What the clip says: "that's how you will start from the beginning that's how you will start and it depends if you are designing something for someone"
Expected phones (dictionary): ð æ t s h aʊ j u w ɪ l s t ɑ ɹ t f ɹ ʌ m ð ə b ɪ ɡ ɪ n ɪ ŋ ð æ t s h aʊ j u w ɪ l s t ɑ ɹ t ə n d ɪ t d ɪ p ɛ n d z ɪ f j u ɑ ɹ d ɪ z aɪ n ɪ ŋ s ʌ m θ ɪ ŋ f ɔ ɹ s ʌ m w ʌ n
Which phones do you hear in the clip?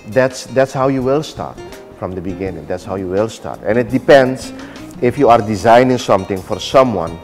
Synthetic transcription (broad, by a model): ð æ t s h aʊ j u w ɪ l s t ɑ ɹ t f ɹ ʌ m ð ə b ɪ ɡ ɪ n ɪ ŋ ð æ t s h aʊ j u w ɪ l s t ɑ ɹ t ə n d ɪ t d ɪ p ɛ n d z ɪ f j u ɑ ɹ d ɪ z aɪ n ɪ ŋ s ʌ m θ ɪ ŋ f ɔ ɹ s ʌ m w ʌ n